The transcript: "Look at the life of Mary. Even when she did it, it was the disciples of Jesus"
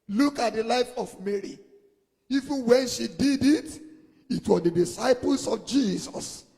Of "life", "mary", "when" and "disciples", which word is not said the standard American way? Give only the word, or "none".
disciples